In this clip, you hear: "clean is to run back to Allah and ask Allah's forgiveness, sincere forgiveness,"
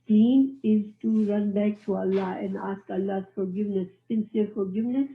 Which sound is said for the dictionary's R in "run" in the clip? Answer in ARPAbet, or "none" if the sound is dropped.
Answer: R